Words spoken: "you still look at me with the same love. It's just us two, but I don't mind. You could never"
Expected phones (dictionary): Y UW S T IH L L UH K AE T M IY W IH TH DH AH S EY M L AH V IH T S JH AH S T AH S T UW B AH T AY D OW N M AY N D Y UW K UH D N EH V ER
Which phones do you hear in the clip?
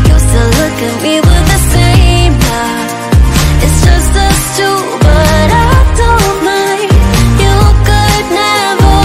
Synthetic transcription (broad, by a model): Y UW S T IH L L UH K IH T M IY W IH DH AH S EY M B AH IH T S JH AH S T AH S T UW B AH T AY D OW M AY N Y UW K UH D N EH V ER